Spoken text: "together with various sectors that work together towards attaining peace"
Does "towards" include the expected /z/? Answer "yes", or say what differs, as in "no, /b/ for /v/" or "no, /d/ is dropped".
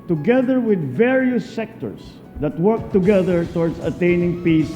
no, /s/ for /z/